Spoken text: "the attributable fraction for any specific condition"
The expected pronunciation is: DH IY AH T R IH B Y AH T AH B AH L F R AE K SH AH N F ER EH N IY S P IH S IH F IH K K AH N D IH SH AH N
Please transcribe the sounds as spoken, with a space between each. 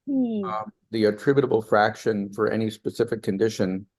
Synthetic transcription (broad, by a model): DH IY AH T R IH B Y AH T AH B L F R AE K SH AH N F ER EH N IY S P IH S IH F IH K K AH N D IH SH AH N